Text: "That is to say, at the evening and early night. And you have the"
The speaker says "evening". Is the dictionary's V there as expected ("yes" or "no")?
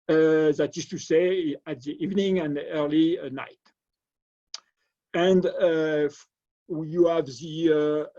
yes